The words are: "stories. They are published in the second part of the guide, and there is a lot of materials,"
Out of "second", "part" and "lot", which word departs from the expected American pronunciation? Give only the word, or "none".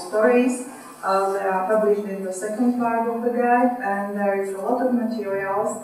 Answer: part